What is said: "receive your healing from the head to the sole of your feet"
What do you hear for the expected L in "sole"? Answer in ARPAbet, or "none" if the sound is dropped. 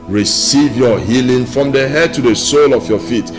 L